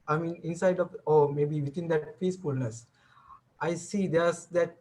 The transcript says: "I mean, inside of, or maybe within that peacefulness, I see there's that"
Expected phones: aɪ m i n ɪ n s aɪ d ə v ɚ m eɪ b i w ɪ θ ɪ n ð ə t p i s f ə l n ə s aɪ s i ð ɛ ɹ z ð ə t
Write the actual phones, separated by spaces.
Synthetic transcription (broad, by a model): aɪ m i n ɪ n s aɪ d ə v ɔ m eɪ b i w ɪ t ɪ n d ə t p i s f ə l n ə s aɪ s i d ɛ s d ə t